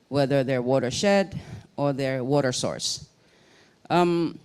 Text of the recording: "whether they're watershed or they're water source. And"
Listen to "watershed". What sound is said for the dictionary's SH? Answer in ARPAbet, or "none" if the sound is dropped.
SH